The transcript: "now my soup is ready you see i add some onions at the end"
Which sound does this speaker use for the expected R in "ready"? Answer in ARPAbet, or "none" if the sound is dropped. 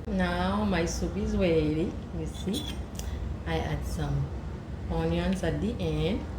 W